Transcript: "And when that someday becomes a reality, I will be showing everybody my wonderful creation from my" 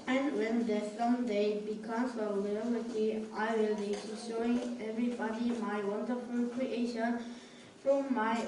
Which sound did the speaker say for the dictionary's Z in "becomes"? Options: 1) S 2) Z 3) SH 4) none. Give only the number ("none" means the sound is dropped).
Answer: 1